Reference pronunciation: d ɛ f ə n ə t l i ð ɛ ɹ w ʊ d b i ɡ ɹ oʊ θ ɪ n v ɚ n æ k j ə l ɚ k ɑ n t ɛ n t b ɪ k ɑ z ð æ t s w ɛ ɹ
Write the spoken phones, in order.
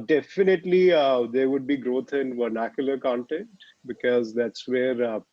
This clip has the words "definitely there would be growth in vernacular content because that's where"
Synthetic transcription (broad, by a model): d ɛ f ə n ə t l i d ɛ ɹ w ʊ d b i ɡ ɹ oʊ t ɪ n v ɚ n æ k j ə l ɚ k ɑ n t ɛ n t b ɪ k ɑ z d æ t s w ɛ ɹ